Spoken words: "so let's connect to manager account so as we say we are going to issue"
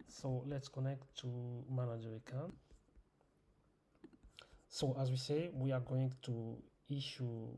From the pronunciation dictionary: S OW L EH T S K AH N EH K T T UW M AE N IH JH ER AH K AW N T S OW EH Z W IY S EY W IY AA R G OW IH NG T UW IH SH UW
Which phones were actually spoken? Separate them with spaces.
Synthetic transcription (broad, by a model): S OW L EH T S K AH N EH K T T UW M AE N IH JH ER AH K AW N S OW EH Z W IY S EY W IY AA R G OW IH NG T UW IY SH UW